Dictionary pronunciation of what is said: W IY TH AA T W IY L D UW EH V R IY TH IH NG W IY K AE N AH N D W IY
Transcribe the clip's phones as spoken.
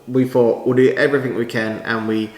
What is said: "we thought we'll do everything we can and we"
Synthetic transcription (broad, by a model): W IY F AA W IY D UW EH V R IY TH IH NG W IY K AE N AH N W IY